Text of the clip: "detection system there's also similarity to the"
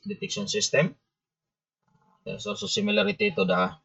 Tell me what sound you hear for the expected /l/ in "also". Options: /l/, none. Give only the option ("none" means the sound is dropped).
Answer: none